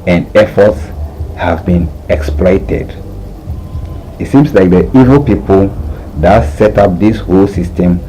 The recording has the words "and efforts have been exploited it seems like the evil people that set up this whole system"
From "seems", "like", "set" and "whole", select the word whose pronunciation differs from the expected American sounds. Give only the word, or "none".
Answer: seems